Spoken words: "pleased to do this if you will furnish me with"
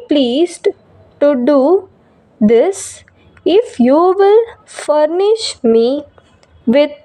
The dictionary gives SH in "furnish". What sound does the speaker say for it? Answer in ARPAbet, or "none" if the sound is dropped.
SH